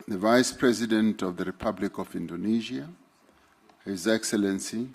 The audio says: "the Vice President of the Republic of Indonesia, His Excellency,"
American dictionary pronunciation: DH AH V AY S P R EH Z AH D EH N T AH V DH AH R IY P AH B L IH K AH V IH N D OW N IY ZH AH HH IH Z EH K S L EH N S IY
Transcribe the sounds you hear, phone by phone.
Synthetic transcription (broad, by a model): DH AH V AY S P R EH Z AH D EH N T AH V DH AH R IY P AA B L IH K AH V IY N D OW N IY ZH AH HH IH Z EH K S L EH N S IY